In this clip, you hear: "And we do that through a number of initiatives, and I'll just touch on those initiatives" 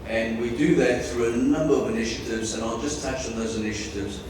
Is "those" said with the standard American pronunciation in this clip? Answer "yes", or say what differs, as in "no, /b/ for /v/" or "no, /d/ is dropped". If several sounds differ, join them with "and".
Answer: yes